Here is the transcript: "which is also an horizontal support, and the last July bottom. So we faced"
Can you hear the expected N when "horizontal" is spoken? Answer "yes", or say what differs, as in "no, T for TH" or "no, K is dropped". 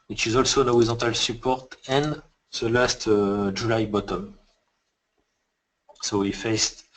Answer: no, N is dropped